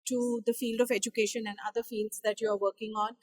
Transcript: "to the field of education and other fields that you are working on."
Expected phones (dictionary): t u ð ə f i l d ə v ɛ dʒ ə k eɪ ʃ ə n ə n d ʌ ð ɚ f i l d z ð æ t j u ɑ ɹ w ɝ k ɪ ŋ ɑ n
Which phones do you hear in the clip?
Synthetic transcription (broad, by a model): t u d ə f i l d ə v ɛ dʒ ə k eɪ ʃ ə n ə n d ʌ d ɚ f i l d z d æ t j u ɑ ɹ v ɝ k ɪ ŋ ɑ n